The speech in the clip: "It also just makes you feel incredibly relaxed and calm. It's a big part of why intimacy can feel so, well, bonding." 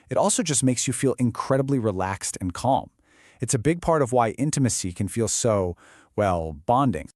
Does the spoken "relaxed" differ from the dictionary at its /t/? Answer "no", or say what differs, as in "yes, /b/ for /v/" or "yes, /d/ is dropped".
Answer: no